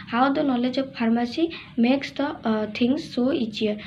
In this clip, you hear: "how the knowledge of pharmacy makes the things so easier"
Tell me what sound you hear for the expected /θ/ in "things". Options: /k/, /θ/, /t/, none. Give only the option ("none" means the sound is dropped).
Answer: /t/